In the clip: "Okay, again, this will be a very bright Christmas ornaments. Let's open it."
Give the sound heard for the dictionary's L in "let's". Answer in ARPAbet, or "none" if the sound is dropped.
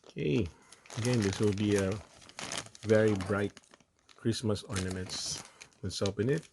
W